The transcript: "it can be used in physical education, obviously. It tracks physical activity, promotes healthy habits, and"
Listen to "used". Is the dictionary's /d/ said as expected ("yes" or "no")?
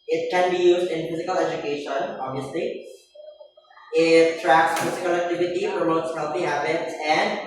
yes